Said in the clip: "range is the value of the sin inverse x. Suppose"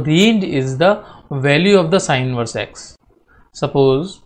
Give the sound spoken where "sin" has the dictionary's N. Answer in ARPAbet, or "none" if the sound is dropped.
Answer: none